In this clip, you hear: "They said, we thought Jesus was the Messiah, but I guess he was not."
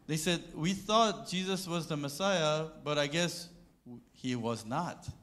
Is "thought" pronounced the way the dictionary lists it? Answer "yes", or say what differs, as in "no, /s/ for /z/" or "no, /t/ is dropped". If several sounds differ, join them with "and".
yes